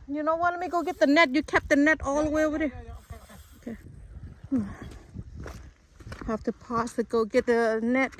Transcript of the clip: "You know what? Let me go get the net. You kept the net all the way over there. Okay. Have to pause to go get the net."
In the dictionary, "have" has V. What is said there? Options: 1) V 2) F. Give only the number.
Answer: 2